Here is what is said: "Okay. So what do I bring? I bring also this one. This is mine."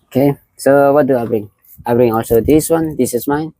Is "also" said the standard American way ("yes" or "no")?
yes